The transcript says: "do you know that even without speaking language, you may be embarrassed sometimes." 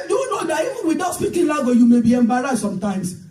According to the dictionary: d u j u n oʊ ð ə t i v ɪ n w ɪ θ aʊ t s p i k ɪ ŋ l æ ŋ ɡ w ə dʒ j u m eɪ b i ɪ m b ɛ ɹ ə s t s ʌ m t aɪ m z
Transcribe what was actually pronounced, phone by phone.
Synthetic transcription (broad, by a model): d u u n oʊ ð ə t i v ɪ n w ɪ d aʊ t s p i k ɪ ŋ l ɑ ɡ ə j u m eɪ b i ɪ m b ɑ ɹ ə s s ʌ m t aɪ m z